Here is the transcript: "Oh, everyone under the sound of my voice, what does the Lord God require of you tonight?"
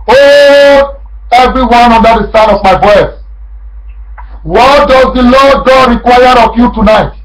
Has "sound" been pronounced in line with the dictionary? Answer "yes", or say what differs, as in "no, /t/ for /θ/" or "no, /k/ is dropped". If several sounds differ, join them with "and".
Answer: no, /d/ is dropped